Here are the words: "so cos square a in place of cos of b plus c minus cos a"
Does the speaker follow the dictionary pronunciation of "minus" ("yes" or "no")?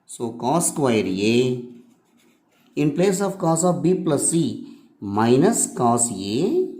yes